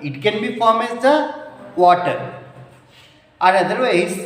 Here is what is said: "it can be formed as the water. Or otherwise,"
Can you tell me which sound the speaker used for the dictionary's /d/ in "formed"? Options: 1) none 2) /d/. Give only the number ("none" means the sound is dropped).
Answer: 1